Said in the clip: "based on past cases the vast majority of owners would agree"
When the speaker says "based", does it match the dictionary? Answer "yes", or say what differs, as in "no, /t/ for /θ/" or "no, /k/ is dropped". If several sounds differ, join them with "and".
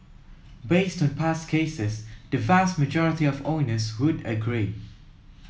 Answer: yes